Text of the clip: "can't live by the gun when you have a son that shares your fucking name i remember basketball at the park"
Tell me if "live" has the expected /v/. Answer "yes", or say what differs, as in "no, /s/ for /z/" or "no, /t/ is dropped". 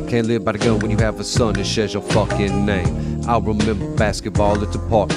yes